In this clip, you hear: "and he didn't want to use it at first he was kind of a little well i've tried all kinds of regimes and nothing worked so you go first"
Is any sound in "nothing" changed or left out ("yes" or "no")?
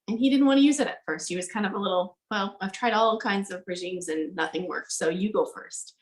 no